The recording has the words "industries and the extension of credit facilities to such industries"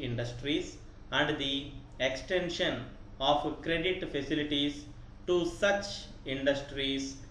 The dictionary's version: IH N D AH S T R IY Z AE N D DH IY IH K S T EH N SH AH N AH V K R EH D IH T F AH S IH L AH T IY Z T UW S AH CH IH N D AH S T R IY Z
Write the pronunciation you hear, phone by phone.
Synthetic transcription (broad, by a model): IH N D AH S T R IY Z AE N D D IY IH K S T EH N SH AH N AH P K R EH D IH T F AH S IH L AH T IY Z T UW S AH CH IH N D AH S T R IY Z